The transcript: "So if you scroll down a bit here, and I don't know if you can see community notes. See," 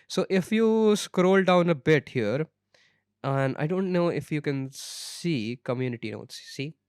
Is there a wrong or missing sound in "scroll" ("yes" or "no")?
no